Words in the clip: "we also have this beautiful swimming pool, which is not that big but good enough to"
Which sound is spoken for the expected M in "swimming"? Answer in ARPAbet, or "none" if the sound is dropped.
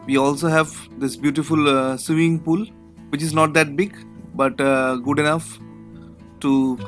none